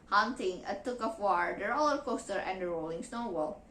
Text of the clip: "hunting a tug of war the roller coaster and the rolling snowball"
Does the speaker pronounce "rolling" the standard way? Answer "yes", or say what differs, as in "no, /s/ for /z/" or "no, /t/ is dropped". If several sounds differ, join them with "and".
yes